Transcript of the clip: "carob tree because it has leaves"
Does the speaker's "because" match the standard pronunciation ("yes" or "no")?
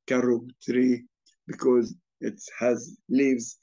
yes